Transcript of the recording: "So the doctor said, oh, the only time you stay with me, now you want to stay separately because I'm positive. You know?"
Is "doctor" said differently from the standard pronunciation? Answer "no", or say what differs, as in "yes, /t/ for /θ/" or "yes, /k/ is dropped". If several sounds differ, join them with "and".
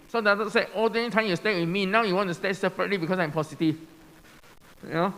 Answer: yes, /k/ is dropped